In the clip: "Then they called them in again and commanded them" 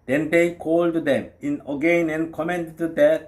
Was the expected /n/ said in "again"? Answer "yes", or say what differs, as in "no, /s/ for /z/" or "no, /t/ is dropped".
yes